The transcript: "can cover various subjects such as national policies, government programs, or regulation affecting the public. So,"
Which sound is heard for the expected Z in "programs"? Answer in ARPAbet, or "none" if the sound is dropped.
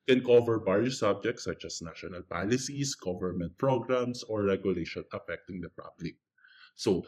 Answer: S